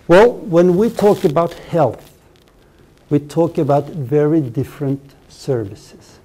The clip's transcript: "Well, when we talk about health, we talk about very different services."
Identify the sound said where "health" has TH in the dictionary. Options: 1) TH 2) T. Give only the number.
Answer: 1